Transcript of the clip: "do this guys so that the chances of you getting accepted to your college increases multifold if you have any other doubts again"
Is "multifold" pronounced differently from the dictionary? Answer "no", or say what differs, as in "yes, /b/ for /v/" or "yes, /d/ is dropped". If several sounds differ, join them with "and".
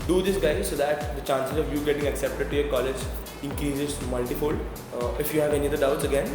yes, /d/ is dropped